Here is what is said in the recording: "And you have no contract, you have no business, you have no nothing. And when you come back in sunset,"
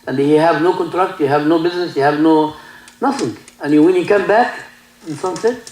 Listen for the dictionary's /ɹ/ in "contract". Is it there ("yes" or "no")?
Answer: yes